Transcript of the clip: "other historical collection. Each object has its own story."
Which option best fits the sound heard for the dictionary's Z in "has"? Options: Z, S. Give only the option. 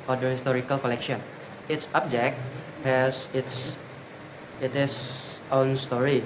S